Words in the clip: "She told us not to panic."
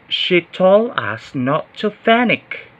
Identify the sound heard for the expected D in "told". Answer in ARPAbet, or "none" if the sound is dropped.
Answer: none